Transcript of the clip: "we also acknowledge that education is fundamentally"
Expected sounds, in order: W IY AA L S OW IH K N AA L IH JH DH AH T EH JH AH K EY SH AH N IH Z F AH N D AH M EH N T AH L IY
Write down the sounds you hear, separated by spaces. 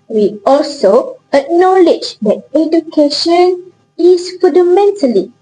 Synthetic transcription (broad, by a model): W IY AA L S OW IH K N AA L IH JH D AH T EH JH AH K EY SH AH N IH S F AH N D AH M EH N T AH L IY